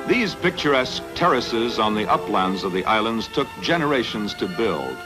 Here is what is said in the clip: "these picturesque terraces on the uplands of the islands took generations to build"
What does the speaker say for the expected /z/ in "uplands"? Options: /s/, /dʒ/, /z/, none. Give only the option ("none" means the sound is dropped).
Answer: /z/